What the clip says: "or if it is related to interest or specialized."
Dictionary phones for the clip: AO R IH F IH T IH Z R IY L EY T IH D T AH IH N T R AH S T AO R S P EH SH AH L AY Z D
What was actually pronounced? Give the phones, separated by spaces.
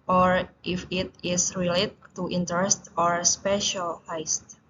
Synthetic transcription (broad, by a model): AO R IH F IH T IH S R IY L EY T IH T AH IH N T R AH S T AO R S P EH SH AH L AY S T